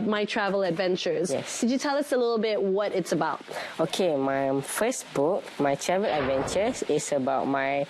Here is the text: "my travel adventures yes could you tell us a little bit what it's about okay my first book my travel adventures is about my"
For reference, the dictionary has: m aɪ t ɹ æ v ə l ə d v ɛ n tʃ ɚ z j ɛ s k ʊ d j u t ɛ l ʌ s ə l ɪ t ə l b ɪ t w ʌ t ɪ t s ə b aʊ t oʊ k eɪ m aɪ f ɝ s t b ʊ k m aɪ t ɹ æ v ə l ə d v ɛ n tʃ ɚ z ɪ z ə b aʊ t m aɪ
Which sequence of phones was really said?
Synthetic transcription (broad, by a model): m aɪ t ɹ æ v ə l ə d v ɛ n tʃ ɚ z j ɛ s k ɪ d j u t ɛ l ʌ s ə l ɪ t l b ɪ t w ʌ t ɪ t s ə b aʊ t oʊ k eɪ m aɪ f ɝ s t b ʊ k m aɪ t ɹ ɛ v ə l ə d v ɛ n tʃ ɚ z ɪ s ə b aʊ t m aɪ